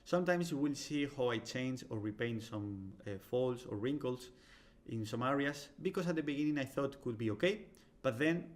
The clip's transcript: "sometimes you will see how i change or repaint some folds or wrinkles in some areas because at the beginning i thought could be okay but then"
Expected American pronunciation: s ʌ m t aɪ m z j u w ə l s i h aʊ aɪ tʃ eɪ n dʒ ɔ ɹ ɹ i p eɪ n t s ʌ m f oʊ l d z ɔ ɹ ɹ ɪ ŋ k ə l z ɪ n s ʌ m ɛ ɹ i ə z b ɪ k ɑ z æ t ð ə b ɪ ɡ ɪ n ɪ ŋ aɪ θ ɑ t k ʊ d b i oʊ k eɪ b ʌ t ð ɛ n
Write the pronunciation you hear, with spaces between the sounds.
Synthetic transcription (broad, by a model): s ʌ m t aɪ m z w ə l s i h aʊ aɪ tʃ eɪ n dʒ ɔ ɹ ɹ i p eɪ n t s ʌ m f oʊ l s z ɔ ɹ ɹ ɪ ŋ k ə l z ɪ n s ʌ m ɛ ɹ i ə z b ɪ k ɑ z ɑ t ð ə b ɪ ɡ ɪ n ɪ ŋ aɪ θ ɑ t k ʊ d b i oʊ k eɪ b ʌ t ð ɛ n